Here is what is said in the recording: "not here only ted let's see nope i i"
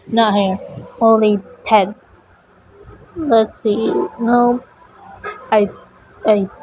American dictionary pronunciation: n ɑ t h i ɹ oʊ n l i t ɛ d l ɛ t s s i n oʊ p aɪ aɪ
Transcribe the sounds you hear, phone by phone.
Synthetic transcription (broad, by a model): n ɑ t h i ɹ oʊ n l i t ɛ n l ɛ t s s i n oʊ aɪ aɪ